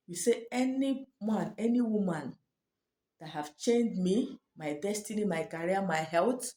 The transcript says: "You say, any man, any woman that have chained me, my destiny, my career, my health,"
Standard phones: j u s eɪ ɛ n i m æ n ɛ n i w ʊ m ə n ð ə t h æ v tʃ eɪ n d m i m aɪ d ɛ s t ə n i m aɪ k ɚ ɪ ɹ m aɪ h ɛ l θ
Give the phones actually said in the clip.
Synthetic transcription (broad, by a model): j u s eɪ ɛ n i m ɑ n ɛ n i w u m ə n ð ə t h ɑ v tʃ eɪ n d m i m aɪ d ɛ s t ə n i m aɪ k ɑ ɹ m aɪ h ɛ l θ